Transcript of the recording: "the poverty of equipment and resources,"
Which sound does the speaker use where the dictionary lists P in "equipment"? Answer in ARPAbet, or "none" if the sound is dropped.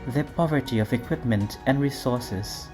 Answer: P